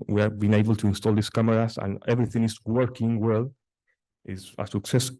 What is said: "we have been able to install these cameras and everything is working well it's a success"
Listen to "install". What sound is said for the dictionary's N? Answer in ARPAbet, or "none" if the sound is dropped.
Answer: N